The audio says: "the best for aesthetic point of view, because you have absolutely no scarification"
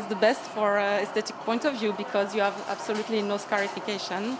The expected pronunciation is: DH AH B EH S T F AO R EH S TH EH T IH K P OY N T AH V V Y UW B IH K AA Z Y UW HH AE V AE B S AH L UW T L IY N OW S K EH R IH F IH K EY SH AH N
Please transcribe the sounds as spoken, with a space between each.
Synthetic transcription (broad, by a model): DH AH B EH S T F AO R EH S T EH T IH K P OY N T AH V V Y UW B IH K AA Z Y UW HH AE V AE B S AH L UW T L IY N OW S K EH R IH F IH K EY SH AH N